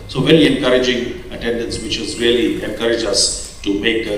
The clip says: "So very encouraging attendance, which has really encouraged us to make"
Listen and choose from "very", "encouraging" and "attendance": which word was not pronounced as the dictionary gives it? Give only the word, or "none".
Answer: very